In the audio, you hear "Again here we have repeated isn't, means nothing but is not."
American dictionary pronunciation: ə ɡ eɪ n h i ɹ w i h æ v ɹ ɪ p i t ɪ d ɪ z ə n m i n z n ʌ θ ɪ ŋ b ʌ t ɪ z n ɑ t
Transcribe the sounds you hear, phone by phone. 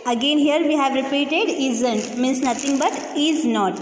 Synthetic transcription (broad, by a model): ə ɡ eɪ n h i ɹ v i h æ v ɹ ɪ p i t ɪ d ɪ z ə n m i n s n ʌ t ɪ ŋ b ʌ t ɪ z n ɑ t